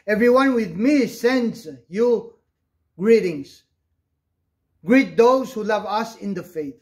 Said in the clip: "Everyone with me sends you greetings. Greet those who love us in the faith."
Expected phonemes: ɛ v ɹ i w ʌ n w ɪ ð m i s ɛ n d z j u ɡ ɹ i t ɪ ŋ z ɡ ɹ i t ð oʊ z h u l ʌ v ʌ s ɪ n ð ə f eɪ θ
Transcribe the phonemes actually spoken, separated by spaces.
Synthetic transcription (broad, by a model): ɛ v ɹ i w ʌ n w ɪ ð m i s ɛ n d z j u ɡ ɹ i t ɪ ŋ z ɡ ɹ i t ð oʊ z h u l ʌ v ʌ s ɪ n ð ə f eɪ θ